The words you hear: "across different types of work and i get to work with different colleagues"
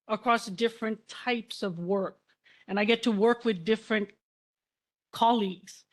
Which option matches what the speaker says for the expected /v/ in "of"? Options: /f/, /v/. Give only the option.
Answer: /v/